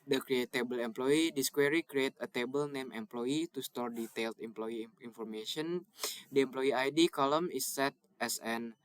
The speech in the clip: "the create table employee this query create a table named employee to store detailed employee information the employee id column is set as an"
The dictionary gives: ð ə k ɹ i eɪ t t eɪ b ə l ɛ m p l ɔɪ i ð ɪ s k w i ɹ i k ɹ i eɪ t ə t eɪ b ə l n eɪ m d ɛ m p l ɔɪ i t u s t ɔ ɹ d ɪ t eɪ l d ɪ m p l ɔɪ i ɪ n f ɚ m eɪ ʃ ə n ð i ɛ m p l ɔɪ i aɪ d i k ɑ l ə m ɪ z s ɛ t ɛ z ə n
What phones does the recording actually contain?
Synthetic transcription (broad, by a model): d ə k ɹ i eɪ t t eɪ b ə l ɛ m p l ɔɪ i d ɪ s k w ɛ ɹ i k ɹ i eɪ t ə t eɪ b ə l n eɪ m ɛ m p l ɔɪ i t u s t ɔ ɹ d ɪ t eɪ l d ɪ m p l ɔɪ i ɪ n f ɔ m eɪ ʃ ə n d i ɛ m p l ɔɪ i aɪ d i k ɑ l ə m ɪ s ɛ t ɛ s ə n